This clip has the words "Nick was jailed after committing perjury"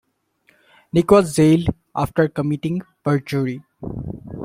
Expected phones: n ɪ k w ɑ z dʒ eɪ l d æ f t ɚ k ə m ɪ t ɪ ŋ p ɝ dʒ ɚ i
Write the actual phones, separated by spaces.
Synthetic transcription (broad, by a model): n ɪ k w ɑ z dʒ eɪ l ɑ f t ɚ k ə m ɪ t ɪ ŋ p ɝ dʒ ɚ i